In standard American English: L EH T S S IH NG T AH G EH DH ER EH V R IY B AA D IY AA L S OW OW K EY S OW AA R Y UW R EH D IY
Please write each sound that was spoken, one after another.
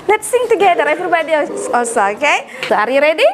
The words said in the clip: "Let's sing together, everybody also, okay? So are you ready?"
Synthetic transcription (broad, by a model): L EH T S S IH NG T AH G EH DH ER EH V R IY B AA D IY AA S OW OW K EY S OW AA R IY R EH D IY